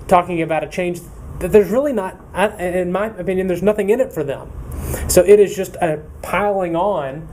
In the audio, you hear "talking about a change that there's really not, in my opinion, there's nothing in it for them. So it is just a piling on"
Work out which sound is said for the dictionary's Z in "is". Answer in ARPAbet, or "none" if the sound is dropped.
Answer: Z